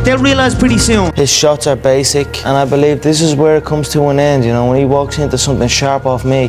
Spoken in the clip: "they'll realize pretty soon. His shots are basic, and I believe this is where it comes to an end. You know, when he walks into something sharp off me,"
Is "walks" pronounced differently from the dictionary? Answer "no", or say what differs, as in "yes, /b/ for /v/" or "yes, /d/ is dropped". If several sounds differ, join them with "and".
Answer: no